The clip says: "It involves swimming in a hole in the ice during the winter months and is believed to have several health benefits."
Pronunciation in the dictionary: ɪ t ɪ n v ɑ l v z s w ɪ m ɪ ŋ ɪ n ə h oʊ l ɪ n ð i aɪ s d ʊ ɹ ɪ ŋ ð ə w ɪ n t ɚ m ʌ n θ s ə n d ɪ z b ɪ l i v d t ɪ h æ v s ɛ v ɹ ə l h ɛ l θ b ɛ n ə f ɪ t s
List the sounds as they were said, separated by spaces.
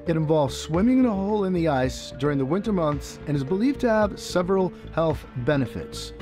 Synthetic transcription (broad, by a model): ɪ t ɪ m v ɑ l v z s w ɪ m ɪ ŋ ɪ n ə h oʊ l ɪ n ð i aɪ s d ʊ ɹ ɪ ŋ ð ə w ɪ n t ɚ m ʌ n θ s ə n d ɪ z b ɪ l i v t ɪ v s ɛ v ɹ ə l h ɛ l θ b ɛ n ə f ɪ t s